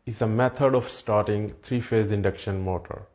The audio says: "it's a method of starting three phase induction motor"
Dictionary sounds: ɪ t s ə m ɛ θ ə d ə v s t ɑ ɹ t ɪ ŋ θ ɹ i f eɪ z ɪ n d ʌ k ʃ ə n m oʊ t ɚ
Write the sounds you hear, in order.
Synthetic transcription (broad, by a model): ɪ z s ə m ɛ t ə d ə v s t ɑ ɹ t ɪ ŋ t ɹ i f eɪ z ɪ n d ʌ k ʃ ə n m oʊ t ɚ